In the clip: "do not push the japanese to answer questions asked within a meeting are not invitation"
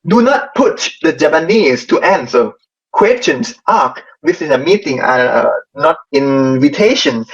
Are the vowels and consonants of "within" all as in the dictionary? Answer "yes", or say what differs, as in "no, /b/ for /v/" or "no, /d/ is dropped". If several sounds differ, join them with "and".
no, /s/ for /θ/